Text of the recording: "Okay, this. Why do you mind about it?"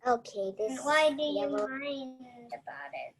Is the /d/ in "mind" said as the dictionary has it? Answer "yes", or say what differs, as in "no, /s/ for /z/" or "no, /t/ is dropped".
no, /d/ is dropped